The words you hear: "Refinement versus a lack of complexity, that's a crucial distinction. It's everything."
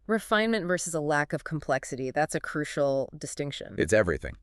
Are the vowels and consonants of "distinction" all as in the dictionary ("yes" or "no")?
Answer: yes